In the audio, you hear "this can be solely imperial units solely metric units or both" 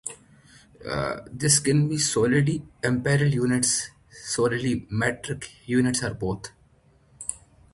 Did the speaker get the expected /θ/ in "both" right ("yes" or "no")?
no